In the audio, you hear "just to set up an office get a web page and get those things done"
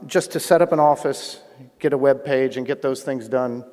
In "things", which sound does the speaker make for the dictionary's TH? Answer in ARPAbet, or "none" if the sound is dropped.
TH